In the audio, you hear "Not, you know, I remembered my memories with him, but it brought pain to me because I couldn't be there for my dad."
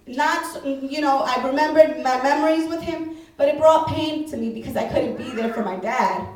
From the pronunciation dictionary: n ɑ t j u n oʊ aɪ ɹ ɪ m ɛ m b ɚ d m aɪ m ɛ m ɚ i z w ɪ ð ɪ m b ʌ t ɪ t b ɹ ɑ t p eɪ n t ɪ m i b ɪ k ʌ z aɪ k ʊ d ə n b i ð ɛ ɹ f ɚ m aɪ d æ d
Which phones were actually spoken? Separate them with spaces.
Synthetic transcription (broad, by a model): n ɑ t j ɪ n oʊ aɪ ɹ ɪ m ɛ m b ɚ d m aɪ m ɛ m ɚ i z w ɪ ð ɪ m b ʌ t ɪ t b ɹ ɑ t p eɪ n t ɪ m i b ɪ k ʌ z aɪ k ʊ d n b i ð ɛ ɹ f ɚ m aɪ d æ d